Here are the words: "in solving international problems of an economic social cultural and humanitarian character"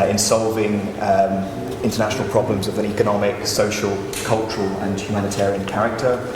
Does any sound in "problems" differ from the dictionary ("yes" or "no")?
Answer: no